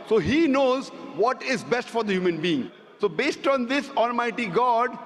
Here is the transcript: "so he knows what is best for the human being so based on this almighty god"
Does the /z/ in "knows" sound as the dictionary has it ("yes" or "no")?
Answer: yes